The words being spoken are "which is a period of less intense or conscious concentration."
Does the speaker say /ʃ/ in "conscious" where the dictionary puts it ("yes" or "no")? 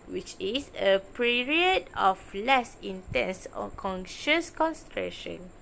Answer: yes